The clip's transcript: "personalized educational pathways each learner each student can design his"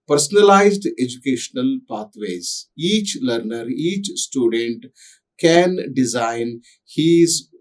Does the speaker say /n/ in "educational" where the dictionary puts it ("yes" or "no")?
yes